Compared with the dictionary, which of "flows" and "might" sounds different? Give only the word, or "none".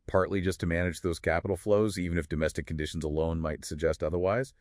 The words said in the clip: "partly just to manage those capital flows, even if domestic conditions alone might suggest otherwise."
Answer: none